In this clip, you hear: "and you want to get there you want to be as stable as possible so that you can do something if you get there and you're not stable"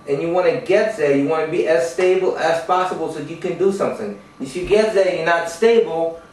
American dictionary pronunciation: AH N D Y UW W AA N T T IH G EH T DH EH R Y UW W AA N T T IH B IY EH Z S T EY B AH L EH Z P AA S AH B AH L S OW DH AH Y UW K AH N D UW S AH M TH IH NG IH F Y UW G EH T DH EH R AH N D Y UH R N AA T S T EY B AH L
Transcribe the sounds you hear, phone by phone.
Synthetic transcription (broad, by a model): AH N Y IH W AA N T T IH G EH T DH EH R Y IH W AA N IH B IY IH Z S T EY B L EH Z P AA S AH B L S OW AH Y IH K AH N D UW S AH M TH IH NG IH F Y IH G EH T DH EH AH Y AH R N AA T S T EY B L